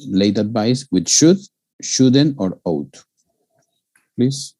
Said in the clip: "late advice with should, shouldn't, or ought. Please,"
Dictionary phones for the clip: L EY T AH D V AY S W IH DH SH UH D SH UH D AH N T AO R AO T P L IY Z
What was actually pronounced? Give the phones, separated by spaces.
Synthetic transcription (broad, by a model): L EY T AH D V AY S W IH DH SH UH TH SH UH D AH N AO R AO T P L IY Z